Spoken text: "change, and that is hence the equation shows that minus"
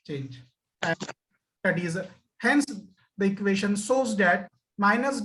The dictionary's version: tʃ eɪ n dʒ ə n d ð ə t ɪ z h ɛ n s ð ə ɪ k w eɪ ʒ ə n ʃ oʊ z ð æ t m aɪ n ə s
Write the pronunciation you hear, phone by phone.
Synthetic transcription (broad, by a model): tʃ eɪ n dʒ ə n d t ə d ɪ z h ɛ n s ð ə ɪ k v eɪ ʃ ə n s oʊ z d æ t m aɪ n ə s